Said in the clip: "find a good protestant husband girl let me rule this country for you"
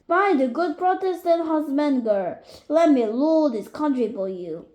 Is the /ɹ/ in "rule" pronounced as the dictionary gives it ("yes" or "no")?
no